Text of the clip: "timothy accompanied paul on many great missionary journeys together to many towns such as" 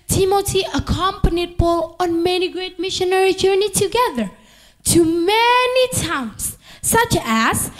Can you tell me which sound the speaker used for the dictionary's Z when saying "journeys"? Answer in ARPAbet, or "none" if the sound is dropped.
none